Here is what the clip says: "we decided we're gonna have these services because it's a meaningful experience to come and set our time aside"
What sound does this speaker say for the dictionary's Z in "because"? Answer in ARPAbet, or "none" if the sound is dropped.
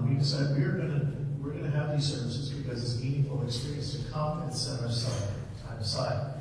Z